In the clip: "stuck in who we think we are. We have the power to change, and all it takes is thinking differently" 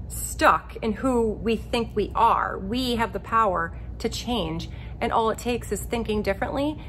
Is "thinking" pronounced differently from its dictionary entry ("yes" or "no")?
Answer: no